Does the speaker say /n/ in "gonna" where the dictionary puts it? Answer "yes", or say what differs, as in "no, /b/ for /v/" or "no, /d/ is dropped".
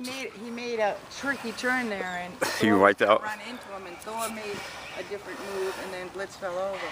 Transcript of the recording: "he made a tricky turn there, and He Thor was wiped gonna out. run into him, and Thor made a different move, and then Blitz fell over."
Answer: no, /n/ is dropped